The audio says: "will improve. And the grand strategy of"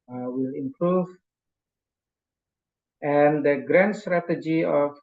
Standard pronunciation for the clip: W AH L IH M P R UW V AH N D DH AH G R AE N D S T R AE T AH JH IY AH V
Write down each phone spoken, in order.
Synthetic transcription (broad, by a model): W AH L IH M P R UW V AH N D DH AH G R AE N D S T R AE T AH JH IY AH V